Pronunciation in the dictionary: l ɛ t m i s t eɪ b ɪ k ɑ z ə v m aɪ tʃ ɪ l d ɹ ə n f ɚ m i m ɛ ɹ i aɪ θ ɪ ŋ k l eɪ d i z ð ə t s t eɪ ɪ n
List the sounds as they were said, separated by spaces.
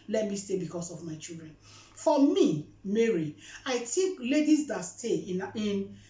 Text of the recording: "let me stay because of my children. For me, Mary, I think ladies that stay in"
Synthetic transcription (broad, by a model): l ɛ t m i s t eɪ b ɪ k ɑ s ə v m aɪ tʃ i l d ɹ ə n f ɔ m i m ɛ ɹ i aɪ t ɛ k l eɪ d i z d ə t s t eɪ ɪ n